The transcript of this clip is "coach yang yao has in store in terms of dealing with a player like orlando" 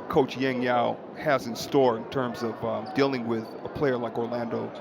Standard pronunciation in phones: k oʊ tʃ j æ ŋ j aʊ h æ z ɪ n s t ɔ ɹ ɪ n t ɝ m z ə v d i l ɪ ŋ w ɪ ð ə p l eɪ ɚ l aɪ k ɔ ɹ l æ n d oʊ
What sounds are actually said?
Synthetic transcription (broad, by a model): k oʊ tʃ j æ ŋ j aʊ h æ z ɪ n s t ɔ ɹ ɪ n t ɝ m z ə v d i l ɪ ŋ w ɪ ð ə p l eɪ ɚ l aɪ k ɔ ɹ l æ n d oʊ